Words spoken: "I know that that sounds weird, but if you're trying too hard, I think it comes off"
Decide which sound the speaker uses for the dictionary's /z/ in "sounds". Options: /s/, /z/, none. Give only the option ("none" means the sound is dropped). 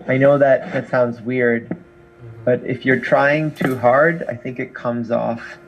/z/